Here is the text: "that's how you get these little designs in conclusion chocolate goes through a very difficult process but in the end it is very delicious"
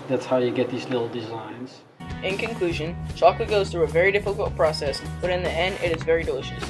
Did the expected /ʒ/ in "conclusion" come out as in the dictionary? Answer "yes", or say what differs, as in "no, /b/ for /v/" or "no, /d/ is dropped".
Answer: yes